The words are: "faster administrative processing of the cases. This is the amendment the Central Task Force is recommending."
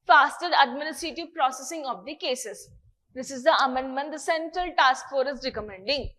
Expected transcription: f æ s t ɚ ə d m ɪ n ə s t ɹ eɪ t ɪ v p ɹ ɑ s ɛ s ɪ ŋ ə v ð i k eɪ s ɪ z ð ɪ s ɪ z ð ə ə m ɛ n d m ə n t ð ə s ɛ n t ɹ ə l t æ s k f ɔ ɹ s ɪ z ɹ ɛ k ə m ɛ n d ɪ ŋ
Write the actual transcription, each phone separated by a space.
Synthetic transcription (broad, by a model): f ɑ s t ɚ ə d m ɪ n ə s t ɹ eɪ t ɪ v p ɹ ɑ s ɛ s ɪ ŋ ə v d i k eɪ s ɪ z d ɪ s ɪ z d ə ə m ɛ n d m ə n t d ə s ɛ n t ɹ ə l t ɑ s k f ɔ ɹ ɪ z ɹ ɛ k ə m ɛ n d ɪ ŋ